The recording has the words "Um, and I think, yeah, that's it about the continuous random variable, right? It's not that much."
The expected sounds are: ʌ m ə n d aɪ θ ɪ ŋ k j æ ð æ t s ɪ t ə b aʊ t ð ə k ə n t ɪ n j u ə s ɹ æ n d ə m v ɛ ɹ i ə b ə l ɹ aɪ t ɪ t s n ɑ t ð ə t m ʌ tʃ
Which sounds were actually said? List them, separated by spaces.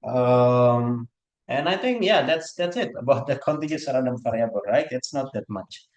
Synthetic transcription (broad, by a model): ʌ m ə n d aɪ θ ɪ ŋ k j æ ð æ t s ɪ t ə b aʊ t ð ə k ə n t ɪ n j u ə ɹ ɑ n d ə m f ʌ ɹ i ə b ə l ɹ aɪ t ɪ t s n ɑ t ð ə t m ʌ tʃ